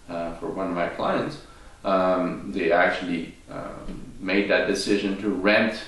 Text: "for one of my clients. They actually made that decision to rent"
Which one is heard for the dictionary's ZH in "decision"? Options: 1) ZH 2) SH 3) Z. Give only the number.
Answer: 1